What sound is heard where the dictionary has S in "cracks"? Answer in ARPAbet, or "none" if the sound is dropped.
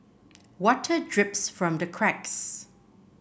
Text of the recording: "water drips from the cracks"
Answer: S